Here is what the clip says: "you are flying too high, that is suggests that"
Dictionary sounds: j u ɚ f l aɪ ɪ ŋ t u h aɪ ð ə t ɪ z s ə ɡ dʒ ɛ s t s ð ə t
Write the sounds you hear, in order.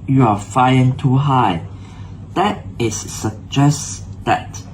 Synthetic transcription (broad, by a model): j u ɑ f aɪ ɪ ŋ t u h aɪ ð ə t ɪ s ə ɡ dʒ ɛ s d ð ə t